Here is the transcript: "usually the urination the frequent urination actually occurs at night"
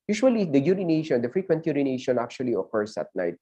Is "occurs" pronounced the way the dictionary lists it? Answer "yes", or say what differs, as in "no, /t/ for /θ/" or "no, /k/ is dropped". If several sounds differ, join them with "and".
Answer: no, /s/ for /z/